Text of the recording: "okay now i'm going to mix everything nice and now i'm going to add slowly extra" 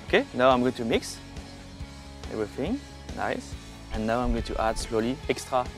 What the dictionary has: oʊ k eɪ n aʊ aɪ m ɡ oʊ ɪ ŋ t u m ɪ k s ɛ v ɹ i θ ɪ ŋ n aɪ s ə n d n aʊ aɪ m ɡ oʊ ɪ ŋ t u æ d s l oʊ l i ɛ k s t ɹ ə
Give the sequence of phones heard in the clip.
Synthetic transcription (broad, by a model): oʊ k eɪ n aʊ aɪ m ɡ oʊ ɪ ŋ t u m ɪ k s ɛ v ɹ i θ ɪ ŋ n aɪ s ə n n aʊ aɪ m ɡ oʊ ɪ ŋ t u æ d s l oʊ l i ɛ k s t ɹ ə